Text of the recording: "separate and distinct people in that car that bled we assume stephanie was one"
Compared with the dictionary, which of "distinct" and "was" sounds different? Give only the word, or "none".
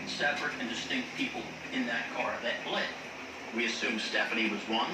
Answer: none